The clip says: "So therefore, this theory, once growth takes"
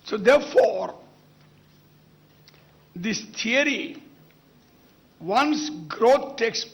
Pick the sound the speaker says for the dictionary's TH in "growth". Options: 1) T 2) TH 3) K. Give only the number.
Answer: 1